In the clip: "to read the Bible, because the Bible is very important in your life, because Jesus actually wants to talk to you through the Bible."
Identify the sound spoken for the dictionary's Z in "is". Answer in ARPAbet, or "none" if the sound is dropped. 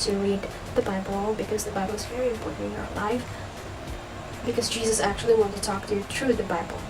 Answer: Z